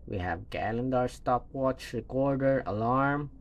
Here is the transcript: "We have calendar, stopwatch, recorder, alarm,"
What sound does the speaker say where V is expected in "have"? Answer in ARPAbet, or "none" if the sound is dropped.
V